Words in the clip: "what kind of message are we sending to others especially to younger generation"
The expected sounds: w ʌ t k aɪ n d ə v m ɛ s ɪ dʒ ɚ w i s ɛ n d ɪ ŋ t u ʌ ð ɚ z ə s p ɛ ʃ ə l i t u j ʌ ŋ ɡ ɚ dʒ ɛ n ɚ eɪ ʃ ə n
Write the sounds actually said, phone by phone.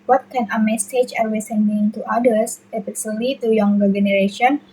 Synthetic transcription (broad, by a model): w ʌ t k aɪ n ə m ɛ s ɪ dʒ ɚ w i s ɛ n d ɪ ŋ t u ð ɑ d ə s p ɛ s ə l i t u j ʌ ŋ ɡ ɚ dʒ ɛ n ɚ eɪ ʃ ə n